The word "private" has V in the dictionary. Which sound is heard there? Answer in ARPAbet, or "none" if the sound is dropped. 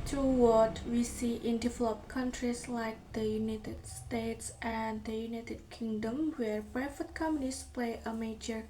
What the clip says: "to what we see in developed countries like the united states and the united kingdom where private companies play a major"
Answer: F